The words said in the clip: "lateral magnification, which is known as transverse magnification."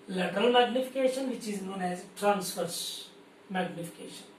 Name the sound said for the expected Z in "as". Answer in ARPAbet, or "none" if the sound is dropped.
Z